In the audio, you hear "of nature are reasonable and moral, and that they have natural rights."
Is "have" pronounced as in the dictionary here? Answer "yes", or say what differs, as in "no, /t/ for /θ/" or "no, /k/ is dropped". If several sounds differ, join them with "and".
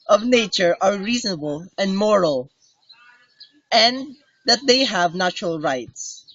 yes